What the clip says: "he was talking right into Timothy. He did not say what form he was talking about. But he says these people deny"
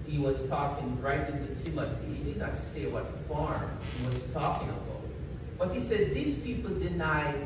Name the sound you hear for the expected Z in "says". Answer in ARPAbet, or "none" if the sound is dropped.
Z